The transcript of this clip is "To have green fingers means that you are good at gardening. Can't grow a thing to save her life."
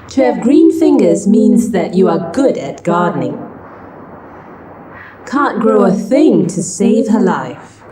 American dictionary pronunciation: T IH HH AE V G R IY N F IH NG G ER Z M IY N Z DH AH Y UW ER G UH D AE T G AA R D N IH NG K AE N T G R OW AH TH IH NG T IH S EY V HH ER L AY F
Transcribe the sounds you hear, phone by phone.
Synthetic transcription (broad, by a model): T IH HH V G R IY N F IH NG G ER Z M IY N Z DH AH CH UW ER G UH D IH T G AA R D N IH NG K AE N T G R OW AH TH IH NG T IH S EY V HH ER L AY F